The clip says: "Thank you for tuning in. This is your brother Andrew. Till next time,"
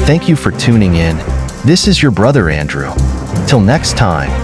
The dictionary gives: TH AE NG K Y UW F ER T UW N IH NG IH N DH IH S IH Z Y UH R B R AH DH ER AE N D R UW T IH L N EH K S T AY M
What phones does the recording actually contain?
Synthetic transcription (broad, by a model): TH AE NG K Y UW F ER T UW N IH NG IH N DH IH S IH Z Y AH R B R AH DH ER AE N D R UW T IH L N EH K S T AY M